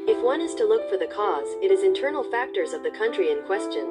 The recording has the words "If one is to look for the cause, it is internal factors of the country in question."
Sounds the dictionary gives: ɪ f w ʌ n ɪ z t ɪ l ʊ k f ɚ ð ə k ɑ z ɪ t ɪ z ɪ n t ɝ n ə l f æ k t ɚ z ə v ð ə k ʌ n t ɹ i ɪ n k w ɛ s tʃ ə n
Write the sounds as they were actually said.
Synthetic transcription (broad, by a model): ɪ f w ʌ n ɪ z t ɪ l ʊ k f ɚ ð ə k ɑ z ɪ t ɪ z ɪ n t ɝ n l f æ k t ɚ z ə v ð ə k ʌ n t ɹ i ɪ n k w ɛ s tʃ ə n